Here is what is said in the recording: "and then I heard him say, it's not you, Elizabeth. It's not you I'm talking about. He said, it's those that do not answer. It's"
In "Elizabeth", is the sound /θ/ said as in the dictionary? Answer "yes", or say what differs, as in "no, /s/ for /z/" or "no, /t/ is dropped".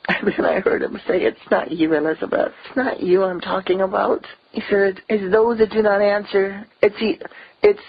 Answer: yes